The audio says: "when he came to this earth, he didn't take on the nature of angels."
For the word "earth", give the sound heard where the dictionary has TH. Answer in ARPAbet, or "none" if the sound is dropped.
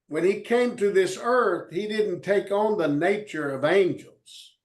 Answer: TH